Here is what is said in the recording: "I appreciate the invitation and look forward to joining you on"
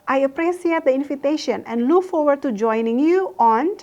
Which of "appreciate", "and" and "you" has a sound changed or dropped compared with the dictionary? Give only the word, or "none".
appreciate